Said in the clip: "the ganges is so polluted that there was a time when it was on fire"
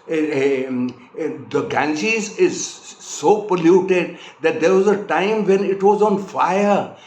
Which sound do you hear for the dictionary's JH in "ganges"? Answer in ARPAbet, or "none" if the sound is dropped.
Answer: CH